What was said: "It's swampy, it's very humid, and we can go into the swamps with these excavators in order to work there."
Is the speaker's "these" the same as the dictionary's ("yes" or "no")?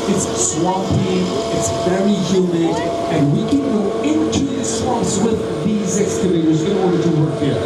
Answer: yes